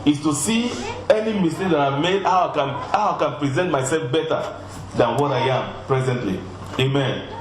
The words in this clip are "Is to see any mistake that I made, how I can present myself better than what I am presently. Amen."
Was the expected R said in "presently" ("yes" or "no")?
yes